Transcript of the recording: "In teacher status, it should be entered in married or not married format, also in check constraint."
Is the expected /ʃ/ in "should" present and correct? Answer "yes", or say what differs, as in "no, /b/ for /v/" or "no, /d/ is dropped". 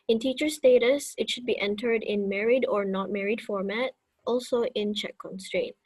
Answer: yes